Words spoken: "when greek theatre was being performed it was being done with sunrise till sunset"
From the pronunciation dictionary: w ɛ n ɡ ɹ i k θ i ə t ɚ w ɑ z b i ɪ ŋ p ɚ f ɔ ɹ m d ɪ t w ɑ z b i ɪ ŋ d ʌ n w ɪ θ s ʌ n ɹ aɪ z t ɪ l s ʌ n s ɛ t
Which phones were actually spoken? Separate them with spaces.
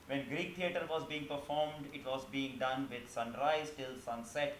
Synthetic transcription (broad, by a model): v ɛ n ɡ ɹ i k t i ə t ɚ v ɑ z b i ɪ ŋ p ɚ f ɔ ɹ m d ɪ t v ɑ z b i ɪ ŋ d ʌ n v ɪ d s ʌ n ɹ aɪ z t ɪ l s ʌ n s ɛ t